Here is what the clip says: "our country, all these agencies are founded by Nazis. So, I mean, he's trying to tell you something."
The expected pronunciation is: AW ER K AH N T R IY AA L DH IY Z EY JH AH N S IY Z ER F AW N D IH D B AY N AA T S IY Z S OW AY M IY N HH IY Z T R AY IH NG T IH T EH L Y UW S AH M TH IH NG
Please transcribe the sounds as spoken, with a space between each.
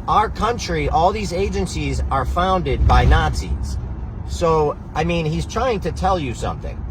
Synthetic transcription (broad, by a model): AW ER K AH N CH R IY AA L DH IY Z EY JH AH N S IY Z ER F AW N D IH D B AY N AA T S IY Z S OW AY M IY N HH IY Z T R AY IH NG T IH T EH L Y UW S AH M TH IH NG